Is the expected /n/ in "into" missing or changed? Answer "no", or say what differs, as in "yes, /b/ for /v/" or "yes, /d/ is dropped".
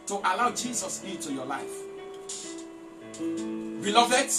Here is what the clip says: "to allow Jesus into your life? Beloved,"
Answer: yes, /n/ is dropped